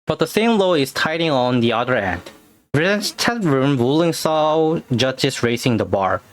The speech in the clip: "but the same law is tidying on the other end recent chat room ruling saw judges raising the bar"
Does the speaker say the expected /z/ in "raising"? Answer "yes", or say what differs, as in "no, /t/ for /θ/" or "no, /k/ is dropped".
no, /s/ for /z/